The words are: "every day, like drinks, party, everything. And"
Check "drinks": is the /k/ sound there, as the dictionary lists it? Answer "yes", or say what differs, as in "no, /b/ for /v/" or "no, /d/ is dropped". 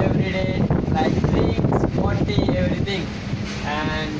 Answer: no, /k/ is dropped